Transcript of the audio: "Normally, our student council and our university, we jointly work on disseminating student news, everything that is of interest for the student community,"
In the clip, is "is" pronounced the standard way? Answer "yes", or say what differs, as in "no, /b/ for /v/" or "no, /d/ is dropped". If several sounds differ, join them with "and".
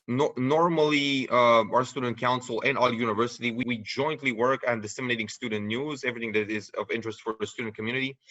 yes